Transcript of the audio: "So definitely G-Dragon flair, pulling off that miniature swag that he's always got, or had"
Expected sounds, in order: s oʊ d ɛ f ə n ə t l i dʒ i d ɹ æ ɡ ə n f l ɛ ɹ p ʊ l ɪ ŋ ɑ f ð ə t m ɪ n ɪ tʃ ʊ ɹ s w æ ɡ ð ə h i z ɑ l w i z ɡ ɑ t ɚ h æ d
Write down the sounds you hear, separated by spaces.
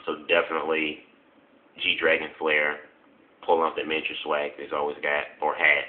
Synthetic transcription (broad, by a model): s oʊ d ɛ f ə n ə t l i dʒ i d ɹ æ ɡ ə n f l ɛ ɹ p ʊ l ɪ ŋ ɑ p ð ə t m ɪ ɪ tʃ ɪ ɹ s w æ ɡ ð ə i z ɑ l w i z ɡ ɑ t ɚ h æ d